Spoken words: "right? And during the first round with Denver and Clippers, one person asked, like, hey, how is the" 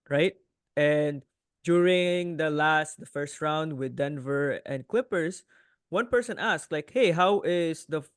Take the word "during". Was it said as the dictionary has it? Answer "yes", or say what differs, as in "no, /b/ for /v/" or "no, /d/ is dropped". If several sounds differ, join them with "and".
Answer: no, /l/ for /ɹ/